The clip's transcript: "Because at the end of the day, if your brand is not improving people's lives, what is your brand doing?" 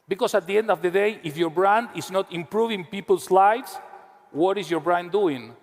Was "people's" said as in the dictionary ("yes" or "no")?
no